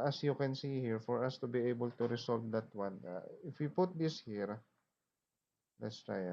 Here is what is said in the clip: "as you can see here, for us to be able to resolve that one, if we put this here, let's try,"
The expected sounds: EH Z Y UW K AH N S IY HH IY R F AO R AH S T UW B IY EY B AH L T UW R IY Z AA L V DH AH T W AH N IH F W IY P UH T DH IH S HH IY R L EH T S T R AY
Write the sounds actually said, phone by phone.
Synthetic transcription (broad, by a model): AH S Y UW K AH N S IY HH IY R F AO R AH S T UW B IY EY B AH L T UW R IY S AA L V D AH T W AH N IH F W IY P UH T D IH S HH IY R L EH T S T R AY